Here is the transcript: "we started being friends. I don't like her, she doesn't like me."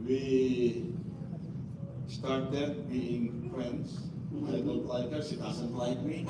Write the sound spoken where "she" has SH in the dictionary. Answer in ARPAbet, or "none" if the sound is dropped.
S